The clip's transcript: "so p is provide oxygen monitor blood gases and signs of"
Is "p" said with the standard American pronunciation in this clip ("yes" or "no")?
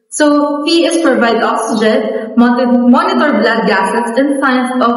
no